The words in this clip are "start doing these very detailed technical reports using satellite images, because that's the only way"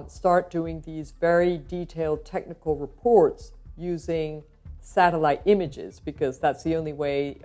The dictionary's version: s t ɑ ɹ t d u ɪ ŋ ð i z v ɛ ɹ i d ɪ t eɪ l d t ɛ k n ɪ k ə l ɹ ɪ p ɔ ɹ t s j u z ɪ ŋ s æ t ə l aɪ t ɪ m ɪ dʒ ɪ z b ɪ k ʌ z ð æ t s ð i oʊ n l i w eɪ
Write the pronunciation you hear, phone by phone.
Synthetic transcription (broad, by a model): s t ɑ ɹ t d u ɪ ŋ ð i z v ɛ ɹ i d ɪ t eɪ l d t ɛ k n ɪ k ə l ɹ ɪ p ɔ ɹ t s j u z ɪ ŋ s æ t ə l aɪ t ɪ m ɪ dʒ ɪ z b ɪ k ʌ z ð æ t s ð i oʊ n l i w eɪ